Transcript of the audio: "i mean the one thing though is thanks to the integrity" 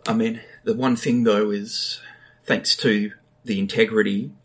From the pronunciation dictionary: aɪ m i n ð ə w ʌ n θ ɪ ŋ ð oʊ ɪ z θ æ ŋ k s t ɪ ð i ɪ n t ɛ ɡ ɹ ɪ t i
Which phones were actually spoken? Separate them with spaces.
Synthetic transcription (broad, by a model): aɪ m i n ð ə w ʌ n θ ɪ ŋ ð oʊ ɪ z θ æ ŋ k s t ɪ ð i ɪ n t ɛ ɡ ɹ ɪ t i